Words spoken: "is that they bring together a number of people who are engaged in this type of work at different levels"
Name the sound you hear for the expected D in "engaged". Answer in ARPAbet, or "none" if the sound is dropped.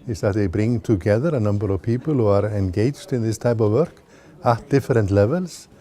D